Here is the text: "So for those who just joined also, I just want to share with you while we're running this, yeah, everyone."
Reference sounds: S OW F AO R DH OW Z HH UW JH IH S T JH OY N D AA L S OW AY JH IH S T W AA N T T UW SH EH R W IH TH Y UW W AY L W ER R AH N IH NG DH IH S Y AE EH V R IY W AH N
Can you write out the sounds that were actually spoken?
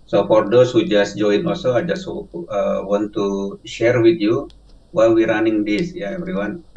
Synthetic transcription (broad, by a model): S OW F AO R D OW S HH UW JH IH S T JH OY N AA L S OW AY JH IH S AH W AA N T T UW SH EH R W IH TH Y UW W AY L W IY R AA N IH NG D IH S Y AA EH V R IY W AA N